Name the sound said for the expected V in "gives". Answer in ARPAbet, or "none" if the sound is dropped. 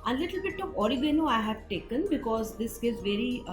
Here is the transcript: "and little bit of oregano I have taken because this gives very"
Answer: none